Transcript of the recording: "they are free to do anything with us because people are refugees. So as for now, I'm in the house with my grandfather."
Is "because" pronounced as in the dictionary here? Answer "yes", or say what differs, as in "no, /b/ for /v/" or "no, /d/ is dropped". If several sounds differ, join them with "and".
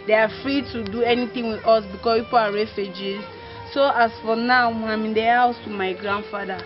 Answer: no, /s/ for /z/